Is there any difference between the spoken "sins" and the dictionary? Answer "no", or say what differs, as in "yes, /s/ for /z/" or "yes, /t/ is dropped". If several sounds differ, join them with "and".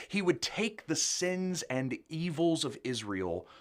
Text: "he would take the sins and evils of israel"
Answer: no